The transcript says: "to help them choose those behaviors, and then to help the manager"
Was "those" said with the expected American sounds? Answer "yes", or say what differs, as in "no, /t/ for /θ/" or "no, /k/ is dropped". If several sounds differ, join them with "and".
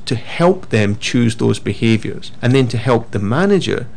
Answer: yes